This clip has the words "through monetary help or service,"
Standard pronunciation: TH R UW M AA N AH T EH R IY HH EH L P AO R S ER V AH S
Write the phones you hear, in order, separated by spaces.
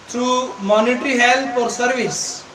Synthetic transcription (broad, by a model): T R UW M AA N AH T R IY HH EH L F AO R S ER V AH S